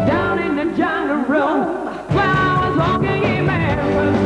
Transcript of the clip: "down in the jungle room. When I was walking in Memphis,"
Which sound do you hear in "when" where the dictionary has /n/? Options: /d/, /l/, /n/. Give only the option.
/l/